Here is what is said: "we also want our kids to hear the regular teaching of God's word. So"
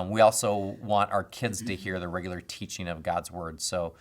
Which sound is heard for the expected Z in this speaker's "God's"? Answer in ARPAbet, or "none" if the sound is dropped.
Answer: Z